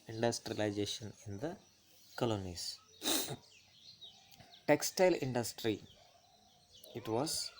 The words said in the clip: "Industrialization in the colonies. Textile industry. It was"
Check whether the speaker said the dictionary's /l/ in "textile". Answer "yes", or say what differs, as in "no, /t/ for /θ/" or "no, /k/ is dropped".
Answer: yes